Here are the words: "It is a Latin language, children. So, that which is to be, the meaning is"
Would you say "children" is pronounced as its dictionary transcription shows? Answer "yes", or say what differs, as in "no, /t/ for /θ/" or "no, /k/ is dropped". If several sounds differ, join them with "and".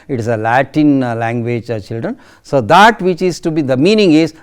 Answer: yes